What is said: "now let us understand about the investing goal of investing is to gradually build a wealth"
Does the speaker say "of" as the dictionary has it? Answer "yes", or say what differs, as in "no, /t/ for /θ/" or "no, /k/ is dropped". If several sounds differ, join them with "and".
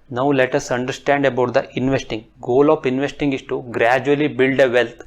no, /p/ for /v/